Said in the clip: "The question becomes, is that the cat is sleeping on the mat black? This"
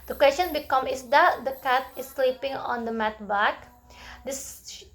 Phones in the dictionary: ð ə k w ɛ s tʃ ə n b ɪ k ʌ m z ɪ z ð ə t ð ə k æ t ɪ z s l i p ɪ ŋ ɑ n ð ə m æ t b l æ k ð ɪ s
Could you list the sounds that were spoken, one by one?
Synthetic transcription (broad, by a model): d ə k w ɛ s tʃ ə n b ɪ k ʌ m ɪ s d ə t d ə k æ t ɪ s l i p ɪ ŋ ɑ n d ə m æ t b æ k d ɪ s